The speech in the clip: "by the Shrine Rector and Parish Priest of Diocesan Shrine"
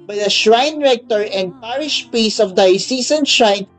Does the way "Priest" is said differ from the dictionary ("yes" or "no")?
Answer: yes